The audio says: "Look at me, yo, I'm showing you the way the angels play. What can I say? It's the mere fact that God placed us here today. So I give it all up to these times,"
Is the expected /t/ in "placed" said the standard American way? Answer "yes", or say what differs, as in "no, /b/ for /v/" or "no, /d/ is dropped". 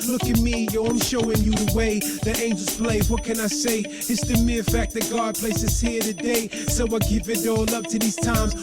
no, /t/ is dropped